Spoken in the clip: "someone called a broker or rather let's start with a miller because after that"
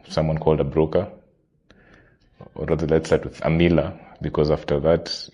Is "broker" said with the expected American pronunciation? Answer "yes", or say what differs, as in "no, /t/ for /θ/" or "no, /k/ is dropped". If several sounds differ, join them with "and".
yes